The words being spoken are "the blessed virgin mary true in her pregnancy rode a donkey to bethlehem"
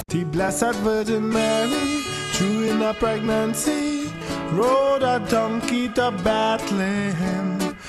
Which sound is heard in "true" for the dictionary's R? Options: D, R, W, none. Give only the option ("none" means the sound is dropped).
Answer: none